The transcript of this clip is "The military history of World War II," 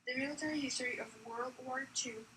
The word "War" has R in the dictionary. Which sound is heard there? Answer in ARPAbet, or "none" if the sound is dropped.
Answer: R